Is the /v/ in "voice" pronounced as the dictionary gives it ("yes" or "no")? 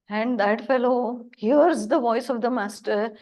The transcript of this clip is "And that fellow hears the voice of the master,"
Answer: yes